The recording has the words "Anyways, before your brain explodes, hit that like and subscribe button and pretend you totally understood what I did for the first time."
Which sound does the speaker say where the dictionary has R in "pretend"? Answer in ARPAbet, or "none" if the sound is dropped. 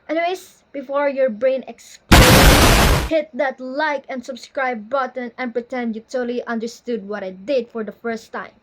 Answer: R